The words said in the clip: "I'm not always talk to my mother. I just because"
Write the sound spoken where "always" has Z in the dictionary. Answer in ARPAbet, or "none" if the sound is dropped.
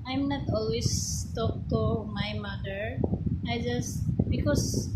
S